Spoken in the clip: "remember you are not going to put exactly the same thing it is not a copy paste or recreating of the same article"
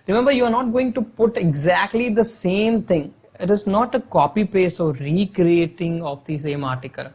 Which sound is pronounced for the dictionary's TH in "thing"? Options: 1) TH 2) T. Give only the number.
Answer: 2